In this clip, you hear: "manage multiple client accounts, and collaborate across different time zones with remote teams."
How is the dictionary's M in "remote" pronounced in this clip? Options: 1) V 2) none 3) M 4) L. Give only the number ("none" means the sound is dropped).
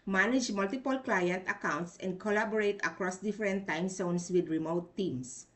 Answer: 3